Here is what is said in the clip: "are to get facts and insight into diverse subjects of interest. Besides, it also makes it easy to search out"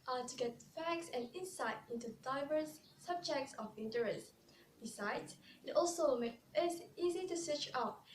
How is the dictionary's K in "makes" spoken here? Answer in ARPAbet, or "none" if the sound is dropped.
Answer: none